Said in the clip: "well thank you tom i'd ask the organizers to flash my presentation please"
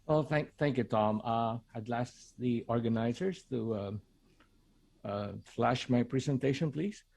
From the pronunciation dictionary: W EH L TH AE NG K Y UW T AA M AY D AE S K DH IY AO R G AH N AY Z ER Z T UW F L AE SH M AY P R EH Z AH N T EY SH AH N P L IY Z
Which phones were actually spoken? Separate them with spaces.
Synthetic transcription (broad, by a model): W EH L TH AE NG K Y UW T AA M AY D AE S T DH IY AO R G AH N AY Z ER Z T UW F L AE SH M AY P R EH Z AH N T EY SH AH N P L IY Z